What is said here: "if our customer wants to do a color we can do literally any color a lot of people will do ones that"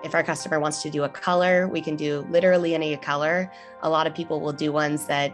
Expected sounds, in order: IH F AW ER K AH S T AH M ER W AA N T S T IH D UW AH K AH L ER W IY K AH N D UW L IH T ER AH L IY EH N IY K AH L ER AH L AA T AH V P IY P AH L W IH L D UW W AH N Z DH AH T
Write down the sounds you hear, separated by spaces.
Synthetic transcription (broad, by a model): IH F AW ER K AH S T AH M ER W AA N T S T IH D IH AH K AH L ER W IY K AH N D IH L IH T ER L IY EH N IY K AH L ER AH L AA T AH V P IY P L W IH L D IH W AH N Z DH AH T